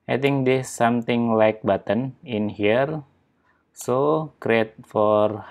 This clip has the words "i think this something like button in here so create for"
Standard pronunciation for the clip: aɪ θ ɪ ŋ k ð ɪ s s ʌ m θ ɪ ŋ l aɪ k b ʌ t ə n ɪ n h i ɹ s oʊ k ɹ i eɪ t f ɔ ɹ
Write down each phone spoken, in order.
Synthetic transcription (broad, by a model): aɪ t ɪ ŋ k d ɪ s s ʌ m t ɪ ŋ l aɪ k b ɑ t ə n ɪ n h i ɹ s oʊ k ɹ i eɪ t f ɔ ɹ